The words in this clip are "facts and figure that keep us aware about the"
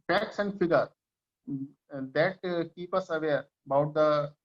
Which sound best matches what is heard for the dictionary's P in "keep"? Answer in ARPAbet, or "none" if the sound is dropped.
P